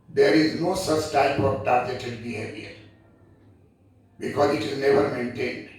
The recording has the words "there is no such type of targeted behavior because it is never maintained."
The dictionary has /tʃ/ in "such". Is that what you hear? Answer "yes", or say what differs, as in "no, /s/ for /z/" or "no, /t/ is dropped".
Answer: yes